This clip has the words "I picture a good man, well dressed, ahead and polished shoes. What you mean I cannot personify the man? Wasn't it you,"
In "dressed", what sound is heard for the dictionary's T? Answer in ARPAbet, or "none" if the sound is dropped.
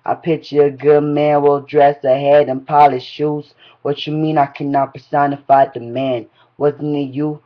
none